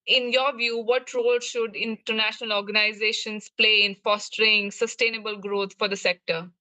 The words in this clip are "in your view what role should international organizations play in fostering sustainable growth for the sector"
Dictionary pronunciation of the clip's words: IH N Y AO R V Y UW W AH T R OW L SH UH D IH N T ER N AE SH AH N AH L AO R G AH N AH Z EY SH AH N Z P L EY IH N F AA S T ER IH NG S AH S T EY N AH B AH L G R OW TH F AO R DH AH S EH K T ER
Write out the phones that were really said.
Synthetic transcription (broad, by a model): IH N Y AO R V Y UW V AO T R OW L SH UH D IH N T ER N AE SH AH N AH L AO R G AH N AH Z EY SH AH N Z P L EY IH N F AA S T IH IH NG S AH S T EY N AH B AH L G R OW T F AO R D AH S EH K T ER